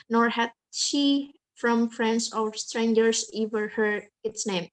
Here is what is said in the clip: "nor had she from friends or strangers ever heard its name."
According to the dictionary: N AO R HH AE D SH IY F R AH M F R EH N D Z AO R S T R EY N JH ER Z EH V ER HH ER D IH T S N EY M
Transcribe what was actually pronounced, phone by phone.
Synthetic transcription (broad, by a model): N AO R HH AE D SH IY F R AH M F R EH N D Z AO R S T R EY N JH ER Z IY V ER HH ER IH T S N EY M